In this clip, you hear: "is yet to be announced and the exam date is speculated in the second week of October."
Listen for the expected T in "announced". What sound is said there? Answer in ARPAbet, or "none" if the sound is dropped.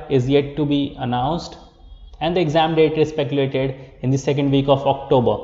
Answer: T